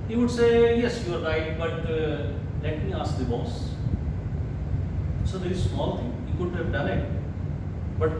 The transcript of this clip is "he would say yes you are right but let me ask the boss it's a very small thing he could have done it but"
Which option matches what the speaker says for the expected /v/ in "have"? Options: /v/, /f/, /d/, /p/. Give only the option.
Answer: /p/